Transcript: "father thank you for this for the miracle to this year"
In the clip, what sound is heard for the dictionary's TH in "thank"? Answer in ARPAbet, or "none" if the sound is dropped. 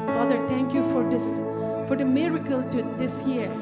T